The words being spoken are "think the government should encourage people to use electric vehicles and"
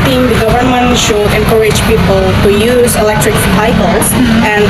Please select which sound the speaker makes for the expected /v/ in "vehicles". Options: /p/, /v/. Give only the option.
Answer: /p/